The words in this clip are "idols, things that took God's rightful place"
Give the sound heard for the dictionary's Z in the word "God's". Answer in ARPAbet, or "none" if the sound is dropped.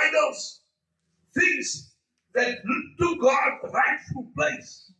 none